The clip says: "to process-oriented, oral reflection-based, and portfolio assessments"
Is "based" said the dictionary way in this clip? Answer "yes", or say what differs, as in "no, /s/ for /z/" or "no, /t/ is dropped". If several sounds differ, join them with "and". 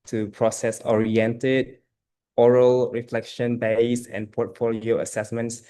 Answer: no, /t/ is dropped